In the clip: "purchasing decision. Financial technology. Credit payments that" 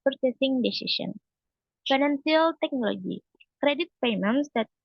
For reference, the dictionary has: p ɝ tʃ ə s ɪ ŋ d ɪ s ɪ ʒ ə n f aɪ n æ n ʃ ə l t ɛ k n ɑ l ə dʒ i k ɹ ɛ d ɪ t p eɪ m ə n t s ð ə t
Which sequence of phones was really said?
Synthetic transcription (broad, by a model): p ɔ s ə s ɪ ŋ d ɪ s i s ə n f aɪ n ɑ n s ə l t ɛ k n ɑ l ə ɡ i k ɹ ɛ d ɪ t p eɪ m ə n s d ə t